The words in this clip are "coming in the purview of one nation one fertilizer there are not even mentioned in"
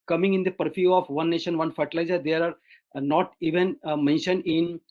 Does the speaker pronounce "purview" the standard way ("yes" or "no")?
no